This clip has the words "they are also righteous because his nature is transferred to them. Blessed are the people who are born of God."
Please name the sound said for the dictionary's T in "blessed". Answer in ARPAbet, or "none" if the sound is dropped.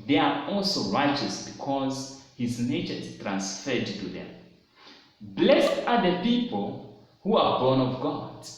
T